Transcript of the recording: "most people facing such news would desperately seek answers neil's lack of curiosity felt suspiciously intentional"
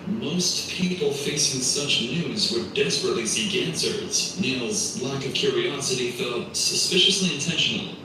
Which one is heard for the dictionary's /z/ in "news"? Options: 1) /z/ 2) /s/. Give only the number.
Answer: 1